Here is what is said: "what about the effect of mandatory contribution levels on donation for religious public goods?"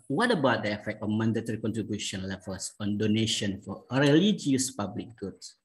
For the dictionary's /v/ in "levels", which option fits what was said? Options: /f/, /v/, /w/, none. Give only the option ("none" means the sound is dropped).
/f/